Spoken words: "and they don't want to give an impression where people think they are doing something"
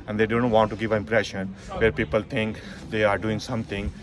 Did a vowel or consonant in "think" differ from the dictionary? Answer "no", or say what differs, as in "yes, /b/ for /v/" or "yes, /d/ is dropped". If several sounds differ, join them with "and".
yes, /t/ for /θ/